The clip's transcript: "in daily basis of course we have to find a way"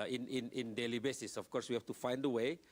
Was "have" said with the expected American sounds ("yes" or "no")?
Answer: no